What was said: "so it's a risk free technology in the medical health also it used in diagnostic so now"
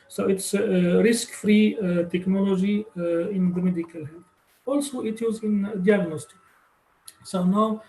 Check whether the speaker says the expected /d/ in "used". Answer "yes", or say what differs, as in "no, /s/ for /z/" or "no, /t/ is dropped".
no, /d/ is dropped